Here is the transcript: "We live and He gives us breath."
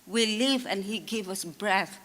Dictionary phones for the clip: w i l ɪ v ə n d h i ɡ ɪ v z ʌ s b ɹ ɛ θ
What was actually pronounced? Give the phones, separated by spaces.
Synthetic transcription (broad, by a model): w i l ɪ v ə n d h i ɡ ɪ v ʌ s b ɹ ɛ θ